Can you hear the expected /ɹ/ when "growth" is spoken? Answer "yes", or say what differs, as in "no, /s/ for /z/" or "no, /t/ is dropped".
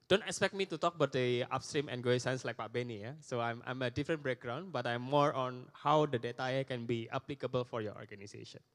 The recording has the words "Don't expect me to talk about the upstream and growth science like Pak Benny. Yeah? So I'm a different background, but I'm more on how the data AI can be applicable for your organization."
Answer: no, /ɹ/ is dropped